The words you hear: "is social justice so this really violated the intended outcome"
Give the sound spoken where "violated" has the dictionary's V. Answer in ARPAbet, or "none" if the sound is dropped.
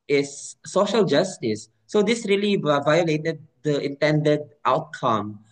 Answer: V